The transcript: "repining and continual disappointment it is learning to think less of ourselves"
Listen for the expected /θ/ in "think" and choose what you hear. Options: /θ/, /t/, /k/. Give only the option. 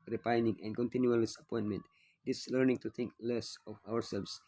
/t/